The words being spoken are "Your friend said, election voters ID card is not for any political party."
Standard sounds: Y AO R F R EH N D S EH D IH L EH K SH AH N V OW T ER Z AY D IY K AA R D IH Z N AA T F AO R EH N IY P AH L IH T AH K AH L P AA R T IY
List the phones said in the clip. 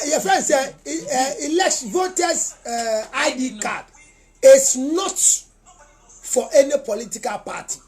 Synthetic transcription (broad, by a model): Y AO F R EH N S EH IH L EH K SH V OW T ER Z AY D IY K AA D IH S N AA T F AO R EH N IY P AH L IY T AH K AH L P AA T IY